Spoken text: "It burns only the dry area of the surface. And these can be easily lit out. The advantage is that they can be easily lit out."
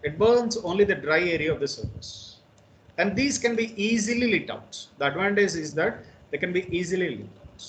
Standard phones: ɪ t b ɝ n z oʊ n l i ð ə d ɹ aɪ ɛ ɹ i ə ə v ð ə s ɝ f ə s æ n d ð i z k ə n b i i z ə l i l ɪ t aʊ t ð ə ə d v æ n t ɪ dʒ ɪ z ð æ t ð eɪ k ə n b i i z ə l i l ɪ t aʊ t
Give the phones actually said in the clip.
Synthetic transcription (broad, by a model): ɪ t b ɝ n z oʊ n l i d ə d ɹ aɪ ɛ ɹ i ə ə v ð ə s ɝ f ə s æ n d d i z k ə n b i i z ə l i l ɪ t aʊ t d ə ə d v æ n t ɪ z ɪ z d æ t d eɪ k ə n b i i z ə l i l ɪ t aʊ t